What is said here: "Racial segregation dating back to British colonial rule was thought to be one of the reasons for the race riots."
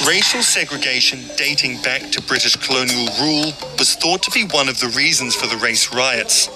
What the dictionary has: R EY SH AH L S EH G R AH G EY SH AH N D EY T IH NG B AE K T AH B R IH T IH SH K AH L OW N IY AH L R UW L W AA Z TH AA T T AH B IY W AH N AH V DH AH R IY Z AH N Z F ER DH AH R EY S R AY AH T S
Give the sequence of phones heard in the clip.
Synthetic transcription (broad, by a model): R EY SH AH L S EH G R AH G EY SH AH N D EY T IH NG B AE K T AH B R IH T IH SH K AH L OW N IY AH L R UW L W AA Z TH AA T T AH B IY W AH N AH V DH AH R IY Z AH N Z F ER DH AH R EY S R AY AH T S